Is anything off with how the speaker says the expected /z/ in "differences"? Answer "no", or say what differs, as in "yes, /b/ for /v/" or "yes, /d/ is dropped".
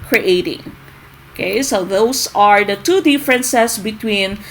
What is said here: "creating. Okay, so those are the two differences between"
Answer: yes, /s/ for /z/